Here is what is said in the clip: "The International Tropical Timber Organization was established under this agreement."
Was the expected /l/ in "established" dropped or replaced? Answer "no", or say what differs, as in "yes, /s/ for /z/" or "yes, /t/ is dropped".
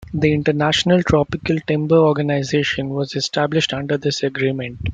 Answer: no